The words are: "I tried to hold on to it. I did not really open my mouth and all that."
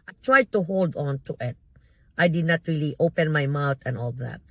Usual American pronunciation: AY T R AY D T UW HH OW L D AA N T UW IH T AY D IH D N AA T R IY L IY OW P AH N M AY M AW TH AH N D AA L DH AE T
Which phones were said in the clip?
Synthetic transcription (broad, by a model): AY T R AY D T UW HH OW L D AA N T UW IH T AY D IH D N AA T R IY L IY OW P AH N M AY M AW T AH N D AA L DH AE T